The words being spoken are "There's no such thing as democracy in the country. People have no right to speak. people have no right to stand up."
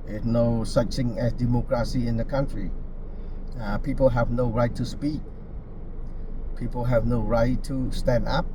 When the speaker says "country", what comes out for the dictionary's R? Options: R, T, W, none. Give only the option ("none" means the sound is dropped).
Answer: R